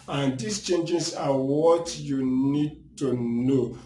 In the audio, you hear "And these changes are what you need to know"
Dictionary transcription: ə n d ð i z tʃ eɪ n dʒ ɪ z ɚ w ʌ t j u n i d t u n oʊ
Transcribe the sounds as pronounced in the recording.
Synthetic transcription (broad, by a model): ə n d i s tʃ eɪ n dʒ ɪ s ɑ w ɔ t j u n i d t u n oʊ